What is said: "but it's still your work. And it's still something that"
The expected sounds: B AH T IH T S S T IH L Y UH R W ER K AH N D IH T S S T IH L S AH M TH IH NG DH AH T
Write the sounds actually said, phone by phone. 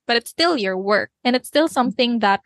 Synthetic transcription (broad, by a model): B AH T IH T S S T IH L Y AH R W ER K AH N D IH T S S T IH L S AH M TH IH NG DH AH T